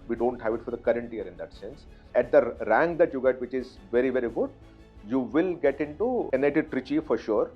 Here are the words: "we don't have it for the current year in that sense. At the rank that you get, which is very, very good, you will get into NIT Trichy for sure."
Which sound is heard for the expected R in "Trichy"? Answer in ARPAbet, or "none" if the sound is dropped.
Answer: R